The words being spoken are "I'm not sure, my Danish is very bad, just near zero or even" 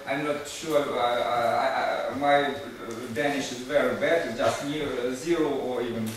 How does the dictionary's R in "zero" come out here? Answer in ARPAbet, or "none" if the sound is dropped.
R